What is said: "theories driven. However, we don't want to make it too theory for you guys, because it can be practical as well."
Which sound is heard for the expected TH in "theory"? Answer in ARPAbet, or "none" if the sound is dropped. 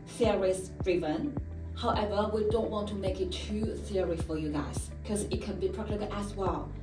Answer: S